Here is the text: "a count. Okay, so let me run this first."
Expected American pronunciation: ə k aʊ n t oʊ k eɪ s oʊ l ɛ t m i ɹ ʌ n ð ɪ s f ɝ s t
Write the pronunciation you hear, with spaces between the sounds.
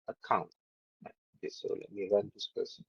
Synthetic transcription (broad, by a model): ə k aʊ n t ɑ eɪ s oʊ l ɛ t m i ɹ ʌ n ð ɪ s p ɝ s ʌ